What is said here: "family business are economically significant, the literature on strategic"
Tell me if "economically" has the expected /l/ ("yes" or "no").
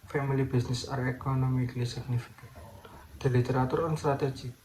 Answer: yes